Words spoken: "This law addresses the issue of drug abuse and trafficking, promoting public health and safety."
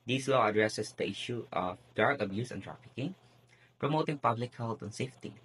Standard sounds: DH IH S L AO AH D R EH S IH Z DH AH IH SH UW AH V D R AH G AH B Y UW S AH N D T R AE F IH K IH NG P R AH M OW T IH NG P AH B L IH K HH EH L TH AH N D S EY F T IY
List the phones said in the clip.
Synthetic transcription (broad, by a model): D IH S L AO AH D R EH S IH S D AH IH SH UW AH F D AA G AH B Y UW S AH N T R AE F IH K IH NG P R AH M OW T IH NG P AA B L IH K HH EH L T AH N S EY F T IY